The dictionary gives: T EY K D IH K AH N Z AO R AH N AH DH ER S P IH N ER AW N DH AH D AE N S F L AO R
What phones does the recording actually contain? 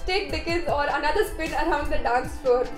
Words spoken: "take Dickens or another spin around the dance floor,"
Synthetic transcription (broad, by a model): T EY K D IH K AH Z AO R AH N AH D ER S P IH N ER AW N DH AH D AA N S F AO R